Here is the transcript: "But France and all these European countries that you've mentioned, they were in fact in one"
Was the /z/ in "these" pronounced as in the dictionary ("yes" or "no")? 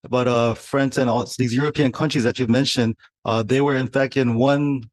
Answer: yes